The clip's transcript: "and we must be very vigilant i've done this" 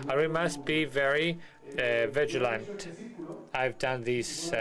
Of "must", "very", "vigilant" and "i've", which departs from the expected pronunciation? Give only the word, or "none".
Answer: none